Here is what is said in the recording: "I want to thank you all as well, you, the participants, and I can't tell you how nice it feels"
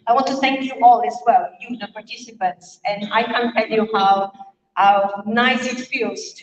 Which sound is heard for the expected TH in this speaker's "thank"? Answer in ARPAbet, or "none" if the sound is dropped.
TH